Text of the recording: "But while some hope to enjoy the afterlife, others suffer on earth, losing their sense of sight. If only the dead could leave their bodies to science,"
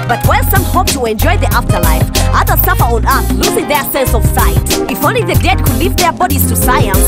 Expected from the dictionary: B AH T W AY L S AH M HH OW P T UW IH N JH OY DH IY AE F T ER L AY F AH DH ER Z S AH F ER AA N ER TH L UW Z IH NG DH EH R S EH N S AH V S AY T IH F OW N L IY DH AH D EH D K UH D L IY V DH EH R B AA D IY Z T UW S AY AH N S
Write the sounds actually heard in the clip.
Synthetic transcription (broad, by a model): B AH T W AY N S AH M HH OW P T UW IH N JH OY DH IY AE F T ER L AY F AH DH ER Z S AH F ER AA N ER TH L UW Z IH NG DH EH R S EH N S AH V S AY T IH F OW N L IY DH AH D EH D K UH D L IY V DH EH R B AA D IY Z T UW S AY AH N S